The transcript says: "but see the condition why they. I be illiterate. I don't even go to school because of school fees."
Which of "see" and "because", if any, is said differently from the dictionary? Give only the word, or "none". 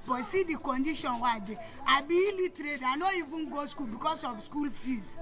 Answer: because